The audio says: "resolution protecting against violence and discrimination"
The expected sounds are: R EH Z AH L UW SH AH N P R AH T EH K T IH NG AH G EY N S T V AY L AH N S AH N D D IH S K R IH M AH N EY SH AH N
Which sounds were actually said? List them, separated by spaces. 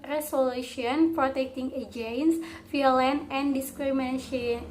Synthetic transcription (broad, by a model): R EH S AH L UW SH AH N P R AH T EH K T IH NG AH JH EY N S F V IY L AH N AH N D D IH S K R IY M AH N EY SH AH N